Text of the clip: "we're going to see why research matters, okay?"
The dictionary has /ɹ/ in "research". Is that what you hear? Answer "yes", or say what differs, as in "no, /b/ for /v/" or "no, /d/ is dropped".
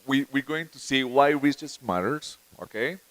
no, /w/ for /ɹ/